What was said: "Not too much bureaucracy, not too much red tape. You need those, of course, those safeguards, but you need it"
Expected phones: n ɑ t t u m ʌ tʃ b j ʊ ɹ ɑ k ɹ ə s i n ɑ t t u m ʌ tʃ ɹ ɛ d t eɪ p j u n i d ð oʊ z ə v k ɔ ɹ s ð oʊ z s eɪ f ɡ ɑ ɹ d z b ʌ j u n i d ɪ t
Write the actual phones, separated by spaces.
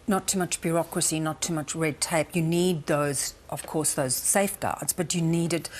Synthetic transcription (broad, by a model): n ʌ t t u m ʌ tʃ b j ʊ ɹ ɑ k ɹ ə s i n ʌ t t u m ʌ tʃ ɹ ɛ d t eɪ p j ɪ n i d ð oʊ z ə v k ɔ ɹ s ð oʊ z s eɪ f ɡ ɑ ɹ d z b ʌ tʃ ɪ n i d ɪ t